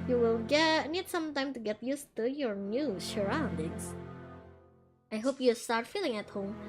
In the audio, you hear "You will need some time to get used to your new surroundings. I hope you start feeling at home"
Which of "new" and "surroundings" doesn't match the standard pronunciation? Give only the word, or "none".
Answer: surroundings